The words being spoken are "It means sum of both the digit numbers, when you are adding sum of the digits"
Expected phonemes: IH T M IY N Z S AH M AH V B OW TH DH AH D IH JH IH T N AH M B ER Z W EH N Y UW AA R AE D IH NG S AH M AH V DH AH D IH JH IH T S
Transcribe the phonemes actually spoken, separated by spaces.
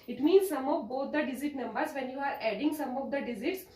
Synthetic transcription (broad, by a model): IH T M IY N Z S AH M AH V B OW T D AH D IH Z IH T N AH M B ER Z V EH N Y UW AA R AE D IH NG S AH M AH V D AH D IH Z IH T S